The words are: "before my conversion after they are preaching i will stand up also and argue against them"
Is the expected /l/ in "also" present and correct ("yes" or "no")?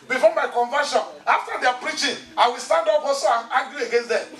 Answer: no